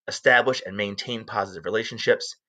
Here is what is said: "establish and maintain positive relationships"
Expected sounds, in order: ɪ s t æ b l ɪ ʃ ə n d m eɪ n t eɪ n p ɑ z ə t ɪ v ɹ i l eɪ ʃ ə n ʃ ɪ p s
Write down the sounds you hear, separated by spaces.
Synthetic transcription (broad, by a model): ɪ s t æ b l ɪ ʃ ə n m eɪ n t eɪ n p ɑ z ə t ɪ v ɹ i l eɪ ʃ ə n ʃ ɪ p s